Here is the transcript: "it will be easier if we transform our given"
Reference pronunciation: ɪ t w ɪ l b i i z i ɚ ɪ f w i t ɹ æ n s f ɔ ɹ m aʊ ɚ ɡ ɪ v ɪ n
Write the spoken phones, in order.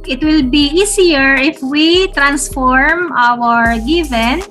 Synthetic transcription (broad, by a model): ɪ t w ɪ l b i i s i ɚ ɪ f w i t ɹ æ n s f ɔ ɹ m aʊ ɚ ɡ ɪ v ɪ n